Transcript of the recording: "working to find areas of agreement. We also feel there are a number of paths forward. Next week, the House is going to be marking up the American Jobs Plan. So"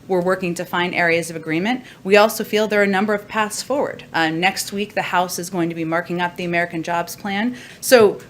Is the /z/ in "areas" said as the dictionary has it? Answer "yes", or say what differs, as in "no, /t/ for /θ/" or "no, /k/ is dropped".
yes